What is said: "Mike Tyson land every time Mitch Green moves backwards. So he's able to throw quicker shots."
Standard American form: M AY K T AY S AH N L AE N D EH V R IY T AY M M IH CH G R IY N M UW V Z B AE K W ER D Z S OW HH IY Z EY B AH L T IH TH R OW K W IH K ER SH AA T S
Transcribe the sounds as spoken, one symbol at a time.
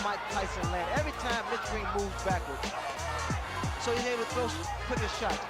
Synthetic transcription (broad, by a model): M AY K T AY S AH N L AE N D EH V R IY T AY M M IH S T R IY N M UW V Z B AE K W ER D Z S OW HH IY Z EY AH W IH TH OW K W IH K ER SH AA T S